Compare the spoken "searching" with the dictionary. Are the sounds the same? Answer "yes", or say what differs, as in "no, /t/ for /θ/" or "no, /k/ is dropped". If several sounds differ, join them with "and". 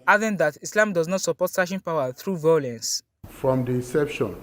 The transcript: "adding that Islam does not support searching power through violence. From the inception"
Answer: no, /ʃ/ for /tʃ/